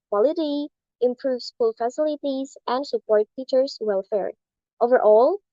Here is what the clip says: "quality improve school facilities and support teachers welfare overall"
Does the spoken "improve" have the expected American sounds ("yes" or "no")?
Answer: yes